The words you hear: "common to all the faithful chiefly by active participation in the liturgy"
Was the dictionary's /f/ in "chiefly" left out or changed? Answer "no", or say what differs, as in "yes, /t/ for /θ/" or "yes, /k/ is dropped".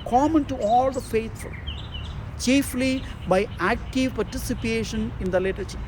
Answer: no